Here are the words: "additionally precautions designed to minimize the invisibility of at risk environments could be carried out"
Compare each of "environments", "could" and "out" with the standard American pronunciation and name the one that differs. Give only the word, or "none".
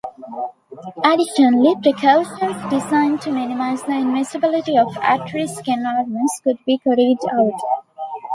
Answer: environments